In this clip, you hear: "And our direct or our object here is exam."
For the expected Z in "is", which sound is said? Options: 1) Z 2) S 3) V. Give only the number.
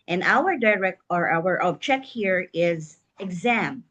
1